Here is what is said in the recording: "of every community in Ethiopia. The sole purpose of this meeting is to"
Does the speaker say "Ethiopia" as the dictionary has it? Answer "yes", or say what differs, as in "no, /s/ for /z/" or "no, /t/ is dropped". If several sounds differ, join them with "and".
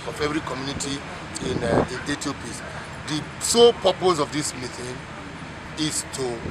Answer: no, /t/ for /θ/